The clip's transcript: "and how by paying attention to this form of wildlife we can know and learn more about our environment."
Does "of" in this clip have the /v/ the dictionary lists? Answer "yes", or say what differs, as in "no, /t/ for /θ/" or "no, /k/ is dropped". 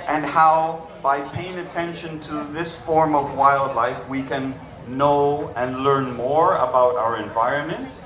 yes